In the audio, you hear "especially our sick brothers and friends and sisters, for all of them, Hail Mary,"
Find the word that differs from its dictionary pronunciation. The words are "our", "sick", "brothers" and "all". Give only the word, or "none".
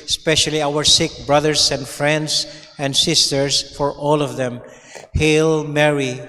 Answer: brothers